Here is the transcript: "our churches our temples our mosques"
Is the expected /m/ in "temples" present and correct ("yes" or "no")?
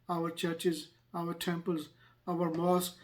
yes